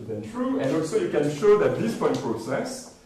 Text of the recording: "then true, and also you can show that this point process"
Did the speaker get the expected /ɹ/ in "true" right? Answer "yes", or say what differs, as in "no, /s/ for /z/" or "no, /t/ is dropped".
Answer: yes